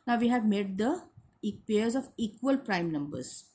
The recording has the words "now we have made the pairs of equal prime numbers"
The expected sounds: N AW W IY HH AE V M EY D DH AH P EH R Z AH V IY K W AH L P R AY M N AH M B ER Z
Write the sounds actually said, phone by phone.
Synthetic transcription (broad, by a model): N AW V IY HH AE V M EY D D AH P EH R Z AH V IY K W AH L P R AY M N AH M B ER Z